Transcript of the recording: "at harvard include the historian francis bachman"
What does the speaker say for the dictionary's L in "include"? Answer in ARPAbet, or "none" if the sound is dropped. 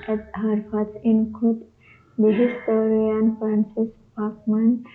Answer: none